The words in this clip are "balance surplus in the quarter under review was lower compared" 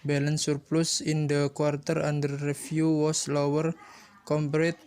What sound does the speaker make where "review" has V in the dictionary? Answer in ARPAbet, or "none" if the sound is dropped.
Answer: F